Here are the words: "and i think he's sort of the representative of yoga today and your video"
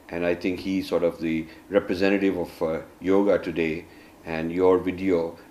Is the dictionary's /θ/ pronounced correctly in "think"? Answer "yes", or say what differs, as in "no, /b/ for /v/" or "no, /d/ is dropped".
no, /t/ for /θ/